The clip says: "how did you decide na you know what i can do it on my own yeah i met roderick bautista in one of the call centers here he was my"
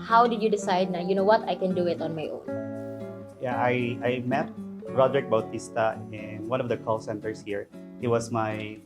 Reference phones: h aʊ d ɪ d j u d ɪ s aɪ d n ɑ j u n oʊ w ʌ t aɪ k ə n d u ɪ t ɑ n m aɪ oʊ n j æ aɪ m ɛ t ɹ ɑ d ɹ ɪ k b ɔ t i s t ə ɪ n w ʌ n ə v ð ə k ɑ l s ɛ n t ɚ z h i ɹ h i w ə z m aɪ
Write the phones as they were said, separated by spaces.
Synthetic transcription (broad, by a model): h aʊ d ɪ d j u d ɪ s aɪ d n ɑ j u n oʊ w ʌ t aɪ k ə n d u ɪ t ɑ n m aɪ oʊ n j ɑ aɪ m ɛ t ɹ ɑ d ɹ ɪ k b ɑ t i s t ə ɪ n w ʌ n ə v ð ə k ɑ l s ɛ n t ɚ s h i ɹ h i w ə s m aɪ